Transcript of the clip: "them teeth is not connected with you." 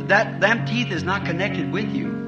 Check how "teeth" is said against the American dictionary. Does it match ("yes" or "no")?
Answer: yes